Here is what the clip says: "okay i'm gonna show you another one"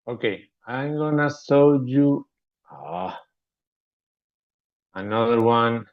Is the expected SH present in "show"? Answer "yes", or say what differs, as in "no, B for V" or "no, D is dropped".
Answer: no, S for SH